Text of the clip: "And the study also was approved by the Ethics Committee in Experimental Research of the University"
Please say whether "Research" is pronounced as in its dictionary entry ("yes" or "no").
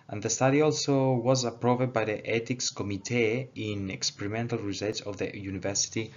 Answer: no